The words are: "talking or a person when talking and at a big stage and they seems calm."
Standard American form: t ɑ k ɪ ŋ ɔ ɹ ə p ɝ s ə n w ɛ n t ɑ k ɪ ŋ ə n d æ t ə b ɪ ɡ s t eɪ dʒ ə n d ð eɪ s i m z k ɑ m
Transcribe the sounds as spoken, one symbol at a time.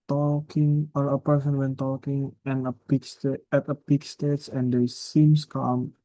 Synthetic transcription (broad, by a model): t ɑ k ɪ ŋ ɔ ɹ ə p ɝ s ə n w ɛ n t ɑ k ɪ ŋ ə n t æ t ə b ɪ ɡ s t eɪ tʃ ə n d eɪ s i m s k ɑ m